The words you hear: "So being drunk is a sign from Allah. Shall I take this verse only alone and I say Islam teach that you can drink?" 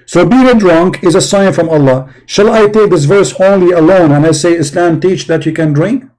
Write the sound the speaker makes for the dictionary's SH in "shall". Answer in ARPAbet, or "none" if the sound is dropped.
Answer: SH